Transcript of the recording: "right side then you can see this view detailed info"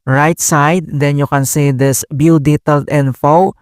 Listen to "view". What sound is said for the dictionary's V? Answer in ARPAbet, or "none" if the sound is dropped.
B